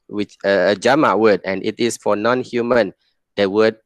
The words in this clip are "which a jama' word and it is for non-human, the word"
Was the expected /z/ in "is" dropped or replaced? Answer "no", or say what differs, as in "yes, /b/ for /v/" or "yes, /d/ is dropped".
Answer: yes, /s/ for /z/